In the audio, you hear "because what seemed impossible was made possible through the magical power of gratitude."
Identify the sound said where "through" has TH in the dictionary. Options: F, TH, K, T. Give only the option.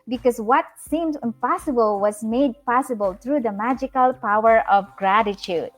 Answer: T